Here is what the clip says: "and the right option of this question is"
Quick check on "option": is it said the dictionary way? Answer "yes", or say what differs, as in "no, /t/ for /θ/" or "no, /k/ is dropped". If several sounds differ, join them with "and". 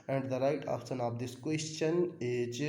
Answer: no, /s/ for /ʃ/